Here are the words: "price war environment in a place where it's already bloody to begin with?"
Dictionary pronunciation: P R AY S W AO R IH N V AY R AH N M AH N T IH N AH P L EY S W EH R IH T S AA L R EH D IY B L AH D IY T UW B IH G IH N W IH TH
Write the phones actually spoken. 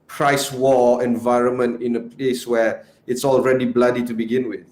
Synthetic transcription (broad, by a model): P R AY S W AO IH N V AY R AH N M AH N T IH N AH P L EY S W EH IH T S AA L R EH D IY B L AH D IY T UW B IH G IH N W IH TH